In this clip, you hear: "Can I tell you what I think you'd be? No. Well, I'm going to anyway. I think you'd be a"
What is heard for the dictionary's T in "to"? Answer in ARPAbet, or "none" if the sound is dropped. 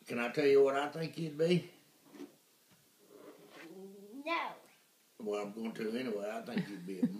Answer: T